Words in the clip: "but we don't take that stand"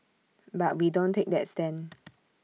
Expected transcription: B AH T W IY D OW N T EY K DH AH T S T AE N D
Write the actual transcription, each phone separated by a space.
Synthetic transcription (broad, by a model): B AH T W IY D OW N T EY K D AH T S T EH N